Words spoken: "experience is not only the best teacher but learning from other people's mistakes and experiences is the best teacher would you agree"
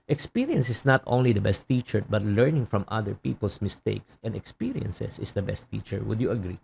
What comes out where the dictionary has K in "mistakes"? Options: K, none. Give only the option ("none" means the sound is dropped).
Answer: K